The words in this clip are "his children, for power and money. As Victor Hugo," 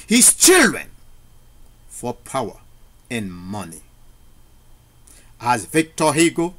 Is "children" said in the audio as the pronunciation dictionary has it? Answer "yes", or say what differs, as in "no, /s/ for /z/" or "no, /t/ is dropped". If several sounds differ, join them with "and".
yes